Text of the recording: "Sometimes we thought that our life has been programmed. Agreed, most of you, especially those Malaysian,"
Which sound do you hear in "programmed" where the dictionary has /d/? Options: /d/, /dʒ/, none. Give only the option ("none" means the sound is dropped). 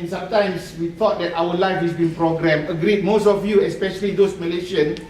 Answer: none